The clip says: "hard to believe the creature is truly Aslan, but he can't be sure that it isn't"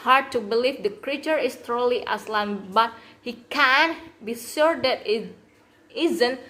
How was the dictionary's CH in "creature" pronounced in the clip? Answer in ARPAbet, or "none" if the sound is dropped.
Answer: CH